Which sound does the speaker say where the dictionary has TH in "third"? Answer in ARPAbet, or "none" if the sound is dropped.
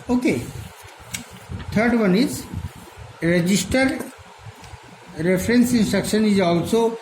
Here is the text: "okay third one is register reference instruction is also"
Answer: T